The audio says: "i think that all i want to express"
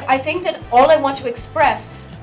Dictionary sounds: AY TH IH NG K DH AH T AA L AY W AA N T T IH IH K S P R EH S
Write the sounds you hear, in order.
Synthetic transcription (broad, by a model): AY TH IH NG K DH AH T AA L AY W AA N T T IH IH K S P R EH S